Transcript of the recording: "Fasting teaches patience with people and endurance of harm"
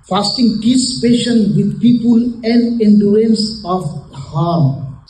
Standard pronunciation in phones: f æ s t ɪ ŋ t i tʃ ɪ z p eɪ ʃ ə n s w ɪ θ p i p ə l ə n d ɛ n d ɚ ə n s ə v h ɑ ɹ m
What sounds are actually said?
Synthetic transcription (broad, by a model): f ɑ s t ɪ ŋ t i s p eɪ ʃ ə n w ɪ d p i p ə l ə n d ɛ n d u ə n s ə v h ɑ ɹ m